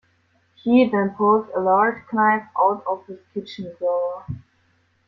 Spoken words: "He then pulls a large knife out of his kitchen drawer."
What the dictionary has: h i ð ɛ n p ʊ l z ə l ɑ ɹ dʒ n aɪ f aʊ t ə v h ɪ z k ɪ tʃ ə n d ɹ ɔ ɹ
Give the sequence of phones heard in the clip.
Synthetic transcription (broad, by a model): h i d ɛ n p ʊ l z ə l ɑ ɹ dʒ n aɪ p aʊ t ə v h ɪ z k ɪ tʃ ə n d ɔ